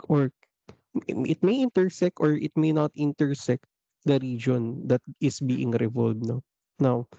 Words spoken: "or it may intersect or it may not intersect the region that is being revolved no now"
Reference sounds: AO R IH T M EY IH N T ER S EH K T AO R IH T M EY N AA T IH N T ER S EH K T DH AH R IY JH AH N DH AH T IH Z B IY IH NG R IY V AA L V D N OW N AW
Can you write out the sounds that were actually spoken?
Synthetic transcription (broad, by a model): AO R IH T M EY IH N T ER S EH K T AO R IH T M EY N AA T IH N T ER S EH K T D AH R IY JH AH N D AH T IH S B IY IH NG R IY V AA L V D N OW N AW